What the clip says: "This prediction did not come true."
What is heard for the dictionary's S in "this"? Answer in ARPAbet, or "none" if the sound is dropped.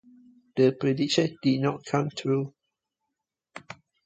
none